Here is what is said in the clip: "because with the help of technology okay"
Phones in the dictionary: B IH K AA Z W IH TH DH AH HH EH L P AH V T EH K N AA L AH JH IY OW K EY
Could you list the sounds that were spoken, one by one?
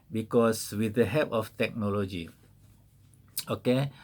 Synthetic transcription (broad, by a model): B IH K AA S W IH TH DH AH HH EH P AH F T EH K N AA L AH JH IY OW K EY